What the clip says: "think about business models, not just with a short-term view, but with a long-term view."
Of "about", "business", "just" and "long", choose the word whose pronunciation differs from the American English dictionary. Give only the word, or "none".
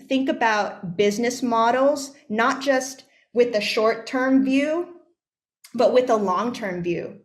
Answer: none